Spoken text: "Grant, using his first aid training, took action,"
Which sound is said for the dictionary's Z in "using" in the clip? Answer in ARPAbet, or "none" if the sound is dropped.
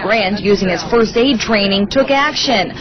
Z